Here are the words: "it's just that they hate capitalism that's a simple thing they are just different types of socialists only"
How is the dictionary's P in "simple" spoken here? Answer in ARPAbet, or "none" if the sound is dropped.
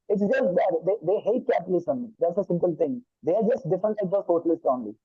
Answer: P